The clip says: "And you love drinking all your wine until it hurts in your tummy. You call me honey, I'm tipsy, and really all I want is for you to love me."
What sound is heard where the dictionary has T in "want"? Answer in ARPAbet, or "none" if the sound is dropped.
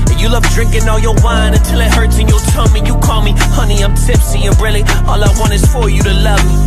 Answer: none